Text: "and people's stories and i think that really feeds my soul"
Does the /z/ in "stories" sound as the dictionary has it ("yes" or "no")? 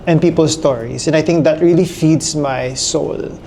no